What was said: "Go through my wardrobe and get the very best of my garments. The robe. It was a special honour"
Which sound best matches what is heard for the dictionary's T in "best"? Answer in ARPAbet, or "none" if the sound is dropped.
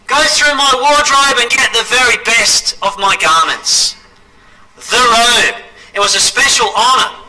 T